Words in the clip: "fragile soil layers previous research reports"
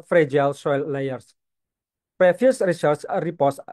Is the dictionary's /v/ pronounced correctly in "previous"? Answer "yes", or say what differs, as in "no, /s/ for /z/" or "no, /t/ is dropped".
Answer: no, /f/ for /v/